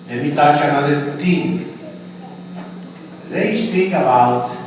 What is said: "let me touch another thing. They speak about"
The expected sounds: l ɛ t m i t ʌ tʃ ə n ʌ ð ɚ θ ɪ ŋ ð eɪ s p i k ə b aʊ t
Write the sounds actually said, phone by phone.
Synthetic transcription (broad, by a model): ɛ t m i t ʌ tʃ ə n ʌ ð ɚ t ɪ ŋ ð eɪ s p i k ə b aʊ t